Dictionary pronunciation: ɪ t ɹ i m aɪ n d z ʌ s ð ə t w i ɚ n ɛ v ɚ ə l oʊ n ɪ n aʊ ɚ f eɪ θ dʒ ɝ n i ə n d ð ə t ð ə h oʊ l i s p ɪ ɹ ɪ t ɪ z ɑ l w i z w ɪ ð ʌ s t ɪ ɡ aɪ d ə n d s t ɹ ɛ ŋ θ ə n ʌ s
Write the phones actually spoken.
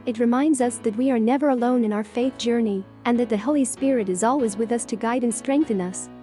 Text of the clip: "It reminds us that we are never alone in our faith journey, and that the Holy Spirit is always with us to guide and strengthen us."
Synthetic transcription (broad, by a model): ɪ t ɹ i m aɪ n d z ʌ s ð ə t w i ɚ n ɛ v ɚ ə l oʊ n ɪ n aʊ ɚ f eɪ θ dʒ ɝ n i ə n ð ə t ð ə h oʊ l i s p ɪ ɹ ɪ t ɪ z ɑ l w i z w ɪ ð ʌ s t ɪ ɡ aɪ d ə n s t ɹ ɛ ŋ θ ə n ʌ s